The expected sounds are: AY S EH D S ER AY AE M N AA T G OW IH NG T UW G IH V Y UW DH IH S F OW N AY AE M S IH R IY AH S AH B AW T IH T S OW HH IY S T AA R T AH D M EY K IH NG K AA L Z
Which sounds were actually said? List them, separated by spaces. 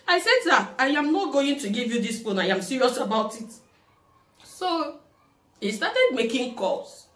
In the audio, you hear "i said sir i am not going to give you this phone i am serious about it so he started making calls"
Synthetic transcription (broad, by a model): AY S EH D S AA AY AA M N AA T G OW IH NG T UW G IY V Y UW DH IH S P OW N AY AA M S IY R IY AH S AH B AW T IH T S OW HH IY S T AA T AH D M EY K IH NG K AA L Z